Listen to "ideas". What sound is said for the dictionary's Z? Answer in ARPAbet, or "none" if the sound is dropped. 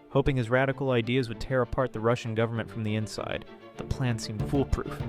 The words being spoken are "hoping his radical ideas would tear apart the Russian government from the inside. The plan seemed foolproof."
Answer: Z